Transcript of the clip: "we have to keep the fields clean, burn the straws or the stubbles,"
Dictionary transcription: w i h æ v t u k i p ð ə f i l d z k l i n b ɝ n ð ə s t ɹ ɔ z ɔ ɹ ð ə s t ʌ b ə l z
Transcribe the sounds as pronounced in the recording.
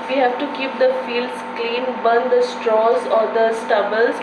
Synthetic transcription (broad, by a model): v i h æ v t u k i p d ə f i l d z k l i n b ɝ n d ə s t ɹ ɔ z ɔ ɹ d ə s t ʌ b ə l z